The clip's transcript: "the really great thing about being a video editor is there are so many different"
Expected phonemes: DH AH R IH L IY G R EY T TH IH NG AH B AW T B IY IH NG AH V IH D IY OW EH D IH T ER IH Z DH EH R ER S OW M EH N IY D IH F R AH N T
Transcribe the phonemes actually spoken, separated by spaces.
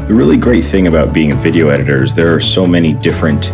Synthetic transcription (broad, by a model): DH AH R IH L IY G R EY T TH IH NG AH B AW T B IY IH NG AH V IH D IY OW EH D IH T ER IH Z DH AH R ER S OW M EH N IY D IH F R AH N T